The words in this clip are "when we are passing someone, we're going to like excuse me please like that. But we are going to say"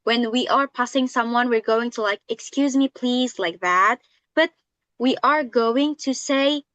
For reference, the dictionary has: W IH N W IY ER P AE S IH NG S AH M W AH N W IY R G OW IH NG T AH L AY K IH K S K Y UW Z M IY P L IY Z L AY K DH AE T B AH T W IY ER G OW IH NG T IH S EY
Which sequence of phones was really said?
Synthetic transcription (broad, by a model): W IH N W IY ER P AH S IH NG S AH M W AH N W IY R G OW IH NG T AH L AY K IH K S K Y UW Z M IY P L IY Z L AY K DH AE T B AH T W IY ER G OW IH NG T IH S EY